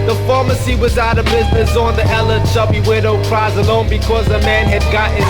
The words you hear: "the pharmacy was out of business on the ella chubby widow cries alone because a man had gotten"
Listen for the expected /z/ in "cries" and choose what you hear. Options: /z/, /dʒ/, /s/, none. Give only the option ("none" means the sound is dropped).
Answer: /z/